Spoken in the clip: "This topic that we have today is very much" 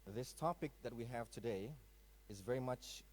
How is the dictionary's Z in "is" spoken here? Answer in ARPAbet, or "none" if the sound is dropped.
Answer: Z